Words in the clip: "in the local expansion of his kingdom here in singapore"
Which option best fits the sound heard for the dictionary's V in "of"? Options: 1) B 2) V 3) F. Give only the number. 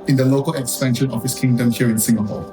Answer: 3